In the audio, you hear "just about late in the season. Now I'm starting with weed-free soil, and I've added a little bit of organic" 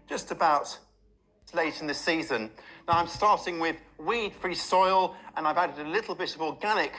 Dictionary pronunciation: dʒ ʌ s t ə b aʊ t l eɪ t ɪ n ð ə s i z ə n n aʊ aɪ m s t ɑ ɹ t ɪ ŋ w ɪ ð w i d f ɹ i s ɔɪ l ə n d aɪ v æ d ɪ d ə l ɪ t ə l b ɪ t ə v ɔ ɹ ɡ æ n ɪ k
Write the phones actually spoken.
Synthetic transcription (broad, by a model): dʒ ʌ s t ə b aʊ t l eɪ t ɪ n ð ə s i z ə n n aʊ aɪ m s t ɑ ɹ t ɪ ŋ w ɪ ð w i d f ɹ i s ɔɪ l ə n aɪ v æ d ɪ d ə l ɪ t l b ɪ t ə v ɔ ɡ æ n ɪ k